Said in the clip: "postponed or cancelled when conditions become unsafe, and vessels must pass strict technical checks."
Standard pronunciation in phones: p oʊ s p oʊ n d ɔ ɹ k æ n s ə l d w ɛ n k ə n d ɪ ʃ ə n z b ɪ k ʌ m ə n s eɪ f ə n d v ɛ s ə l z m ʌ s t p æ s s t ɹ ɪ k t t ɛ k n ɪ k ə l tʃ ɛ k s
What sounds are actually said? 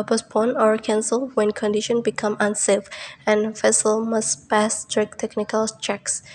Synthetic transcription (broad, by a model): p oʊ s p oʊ n ɔ ɹ k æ n s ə l w ɛ n k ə n d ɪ ʃ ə n b ɪ k ʌ m ə n s eɪ f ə n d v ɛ s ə l m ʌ s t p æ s s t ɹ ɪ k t t ɛ k n ɪ k ə l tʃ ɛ k s